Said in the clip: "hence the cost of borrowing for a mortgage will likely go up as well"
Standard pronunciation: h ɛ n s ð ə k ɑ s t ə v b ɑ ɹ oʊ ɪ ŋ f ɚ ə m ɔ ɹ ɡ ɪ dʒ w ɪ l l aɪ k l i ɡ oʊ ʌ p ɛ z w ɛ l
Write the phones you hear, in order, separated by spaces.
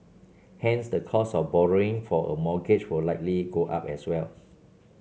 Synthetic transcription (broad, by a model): h ɛ n s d ə k ɑ s ə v b ɑ ɹ oʊ ɪ ŋ f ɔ ə m ɔ ɡ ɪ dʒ w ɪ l l aɪ k l i ɡ oʊ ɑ p ɛ s w ɛ l